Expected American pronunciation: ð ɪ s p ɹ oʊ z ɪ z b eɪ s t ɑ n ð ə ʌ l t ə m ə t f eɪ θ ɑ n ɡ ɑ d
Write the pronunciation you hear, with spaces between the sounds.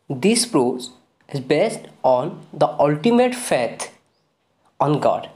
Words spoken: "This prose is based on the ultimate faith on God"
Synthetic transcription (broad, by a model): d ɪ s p ɹ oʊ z ɪ z b eɪ s t ɑ n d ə ʌ l t ə m ə t f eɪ t ɑ n ɡ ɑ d